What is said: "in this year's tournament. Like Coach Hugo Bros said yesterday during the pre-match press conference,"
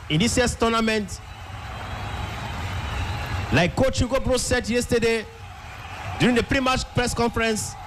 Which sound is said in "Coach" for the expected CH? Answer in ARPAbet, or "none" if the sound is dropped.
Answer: CH